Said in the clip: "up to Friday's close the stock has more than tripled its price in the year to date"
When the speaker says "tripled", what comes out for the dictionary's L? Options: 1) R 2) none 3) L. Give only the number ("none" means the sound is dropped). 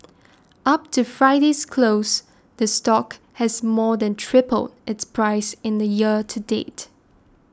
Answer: 3